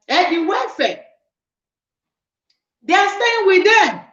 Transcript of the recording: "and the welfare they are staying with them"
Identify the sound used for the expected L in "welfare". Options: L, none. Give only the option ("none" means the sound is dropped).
none